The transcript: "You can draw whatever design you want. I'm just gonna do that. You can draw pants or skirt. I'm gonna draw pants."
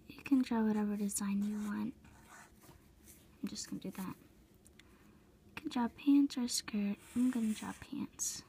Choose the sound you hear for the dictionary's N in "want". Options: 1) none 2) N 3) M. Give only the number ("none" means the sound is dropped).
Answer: 2